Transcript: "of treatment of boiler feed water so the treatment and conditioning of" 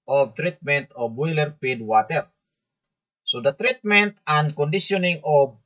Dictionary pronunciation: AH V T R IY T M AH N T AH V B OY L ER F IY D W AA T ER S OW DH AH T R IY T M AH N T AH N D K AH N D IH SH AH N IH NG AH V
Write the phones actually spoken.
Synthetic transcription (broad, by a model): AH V T R IY T M AH N T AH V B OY L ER P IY D W AA T ER S OW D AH T R IY T M AH N T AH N K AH N D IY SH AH N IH NG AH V